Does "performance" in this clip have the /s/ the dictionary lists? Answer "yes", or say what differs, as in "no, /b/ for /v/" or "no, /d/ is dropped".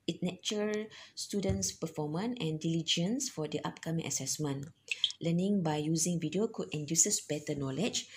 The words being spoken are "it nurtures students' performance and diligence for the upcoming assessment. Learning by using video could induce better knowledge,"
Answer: no, /s/ is dropped